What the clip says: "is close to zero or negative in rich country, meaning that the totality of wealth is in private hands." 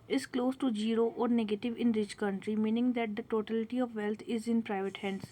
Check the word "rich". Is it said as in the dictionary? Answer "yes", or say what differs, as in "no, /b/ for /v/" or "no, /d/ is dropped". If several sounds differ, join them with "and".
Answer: yes